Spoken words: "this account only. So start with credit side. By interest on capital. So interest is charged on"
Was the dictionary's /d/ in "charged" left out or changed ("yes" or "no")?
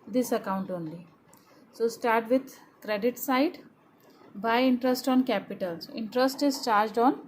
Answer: no